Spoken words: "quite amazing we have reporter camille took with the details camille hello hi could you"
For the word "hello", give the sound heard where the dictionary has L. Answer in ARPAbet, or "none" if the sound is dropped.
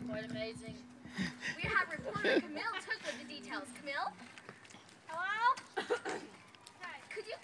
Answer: none